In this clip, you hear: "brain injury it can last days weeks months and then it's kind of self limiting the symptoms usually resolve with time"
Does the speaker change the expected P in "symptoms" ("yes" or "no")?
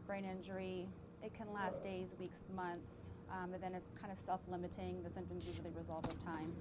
yes